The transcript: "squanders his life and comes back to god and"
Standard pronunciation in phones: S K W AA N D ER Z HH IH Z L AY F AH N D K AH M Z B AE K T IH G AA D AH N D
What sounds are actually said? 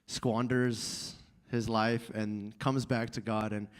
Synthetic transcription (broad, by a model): S K W AA N D ER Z HH IH Z L AY F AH N K AH M Z B AE K T IH G AA D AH N